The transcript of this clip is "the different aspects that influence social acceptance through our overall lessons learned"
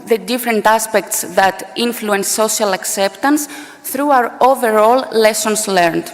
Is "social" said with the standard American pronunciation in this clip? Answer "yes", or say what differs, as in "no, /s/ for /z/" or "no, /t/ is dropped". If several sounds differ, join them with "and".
no, /ʃ/ is dropped